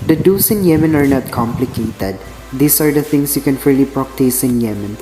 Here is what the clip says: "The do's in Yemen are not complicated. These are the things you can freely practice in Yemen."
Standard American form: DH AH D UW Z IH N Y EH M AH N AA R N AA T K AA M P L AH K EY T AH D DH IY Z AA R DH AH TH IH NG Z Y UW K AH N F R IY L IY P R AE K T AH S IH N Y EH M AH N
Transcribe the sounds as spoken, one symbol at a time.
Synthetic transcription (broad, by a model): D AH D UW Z IH N Y EH M AH N AA R N AA T K AA M P L AH K EY T AH D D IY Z AA R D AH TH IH NG S Y UW K AH N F IY L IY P R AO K T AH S IH N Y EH M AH N